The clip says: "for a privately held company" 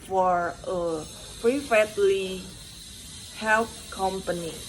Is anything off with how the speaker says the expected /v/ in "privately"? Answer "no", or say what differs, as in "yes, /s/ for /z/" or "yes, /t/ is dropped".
yes, /f/ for /v/